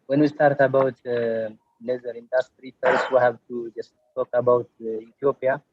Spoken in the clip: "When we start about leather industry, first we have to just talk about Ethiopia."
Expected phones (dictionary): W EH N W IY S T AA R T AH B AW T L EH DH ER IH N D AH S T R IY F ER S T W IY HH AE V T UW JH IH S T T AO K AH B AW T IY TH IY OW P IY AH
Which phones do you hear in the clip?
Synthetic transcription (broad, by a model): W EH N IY S T AA R T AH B AW T N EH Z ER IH N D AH S T R IY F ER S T W IY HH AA B T UW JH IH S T T AO K AH B AW T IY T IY OW P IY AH